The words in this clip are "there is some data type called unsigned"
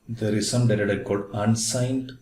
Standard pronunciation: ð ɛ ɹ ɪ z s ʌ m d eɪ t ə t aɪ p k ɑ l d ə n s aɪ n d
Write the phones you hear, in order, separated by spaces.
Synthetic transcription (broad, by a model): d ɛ ɹ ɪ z s ʌ m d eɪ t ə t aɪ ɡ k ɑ d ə n s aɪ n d